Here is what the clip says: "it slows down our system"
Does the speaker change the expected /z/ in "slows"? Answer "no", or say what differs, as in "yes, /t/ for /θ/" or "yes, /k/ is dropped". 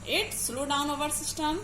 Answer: yes, /z/ is dropped